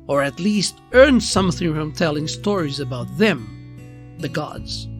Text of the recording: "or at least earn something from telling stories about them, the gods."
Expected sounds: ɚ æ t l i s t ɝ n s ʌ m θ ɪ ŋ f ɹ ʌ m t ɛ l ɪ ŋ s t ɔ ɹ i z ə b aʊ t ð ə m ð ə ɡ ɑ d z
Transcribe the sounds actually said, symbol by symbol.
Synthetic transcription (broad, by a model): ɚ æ t l i s t ɝ n s ʌ m θ ɪ ŋ f ɹ ʌ m t ɛ l ɪ ŋ s t ɔ ɹ i z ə b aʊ t ð ə m ð ə ɡ ɑ d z